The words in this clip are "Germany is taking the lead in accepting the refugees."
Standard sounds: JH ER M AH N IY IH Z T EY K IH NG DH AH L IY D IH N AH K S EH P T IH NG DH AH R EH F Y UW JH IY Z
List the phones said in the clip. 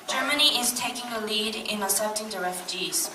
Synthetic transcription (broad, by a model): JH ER M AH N IY IH Z T EY K IH NG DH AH L IY D IH N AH S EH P T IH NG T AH R EH F Y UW JH IY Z